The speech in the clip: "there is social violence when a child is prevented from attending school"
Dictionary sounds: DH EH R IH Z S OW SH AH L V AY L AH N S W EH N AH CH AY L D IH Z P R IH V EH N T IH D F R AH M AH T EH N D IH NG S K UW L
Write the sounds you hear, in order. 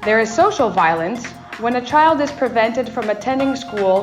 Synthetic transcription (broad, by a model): DH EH R IH Z S OW SH L V AY L AH N S W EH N AH CH AY L D IH Z P R IH V EH N T IH D F R AH M AH T EH N D IH NG S K UW L